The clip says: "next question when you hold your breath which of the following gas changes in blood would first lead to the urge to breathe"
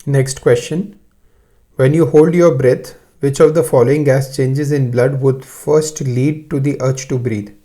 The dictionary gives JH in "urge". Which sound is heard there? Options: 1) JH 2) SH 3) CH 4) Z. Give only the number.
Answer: 3